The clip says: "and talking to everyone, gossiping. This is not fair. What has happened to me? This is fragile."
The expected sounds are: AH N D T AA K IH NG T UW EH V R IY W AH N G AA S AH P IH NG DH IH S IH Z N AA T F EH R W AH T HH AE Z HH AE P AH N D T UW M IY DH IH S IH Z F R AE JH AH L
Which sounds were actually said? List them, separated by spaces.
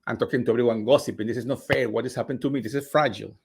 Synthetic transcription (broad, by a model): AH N T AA K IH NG T UW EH R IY W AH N G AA S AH P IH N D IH S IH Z N AA T F EH R W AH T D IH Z HH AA P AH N T UW M IY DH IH S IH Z F R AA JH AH L